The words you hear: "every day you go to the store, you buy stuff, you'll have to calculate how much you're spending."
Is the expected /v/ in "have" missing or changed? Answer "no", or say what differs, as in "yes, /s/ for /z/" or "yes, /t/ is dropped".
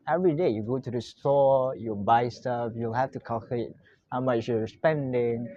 yes, /f/ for /v/